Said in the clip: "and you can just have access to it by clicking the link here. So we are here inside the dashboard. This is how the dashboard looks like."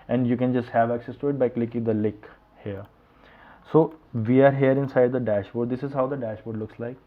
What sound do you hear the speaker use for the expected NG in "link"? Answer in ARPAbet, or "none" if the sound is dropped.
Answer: none